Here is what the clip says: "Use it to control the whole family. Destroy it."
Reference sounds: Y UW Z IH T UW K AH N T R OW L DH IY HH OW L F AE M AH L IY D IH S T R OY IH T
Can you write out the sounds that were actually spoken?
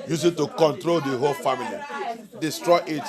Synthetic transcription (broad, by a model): Y UW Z IH T UW K AH N T R OW L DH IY HH OW L F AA M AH L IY D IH S T R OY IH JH